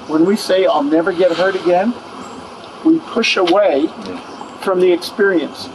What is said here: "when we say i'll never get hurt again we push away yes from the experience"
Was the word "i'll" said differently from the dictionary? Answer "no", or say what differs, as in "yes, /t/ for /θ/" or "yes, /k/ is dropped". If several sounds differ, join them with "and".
no